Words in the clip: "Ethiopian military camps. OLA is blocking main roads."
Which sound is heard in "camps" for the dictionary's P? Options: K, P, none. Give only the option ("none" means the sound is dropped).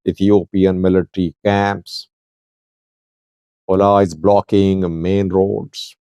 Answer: P